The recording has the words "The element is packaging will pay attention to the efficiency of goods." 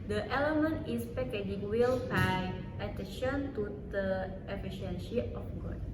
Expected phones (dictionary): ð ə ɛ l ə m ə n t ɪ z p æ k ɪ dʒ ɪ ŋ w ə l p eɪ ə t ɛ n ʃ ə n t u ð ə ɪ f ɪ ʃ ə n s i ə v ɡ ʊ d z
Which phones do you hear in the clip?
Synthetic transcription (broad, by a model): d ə ɛ l ə m ə n t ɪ s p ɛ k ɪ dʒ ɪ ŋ w ə l b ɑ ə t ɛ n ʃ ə n t u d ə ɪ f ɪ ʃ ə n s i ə f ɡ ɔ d